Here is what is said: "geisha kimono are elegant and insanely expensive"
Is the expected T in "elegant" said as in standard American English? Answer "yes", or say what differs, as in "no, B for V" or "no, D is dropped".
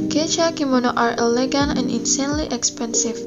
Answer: no, T is dropped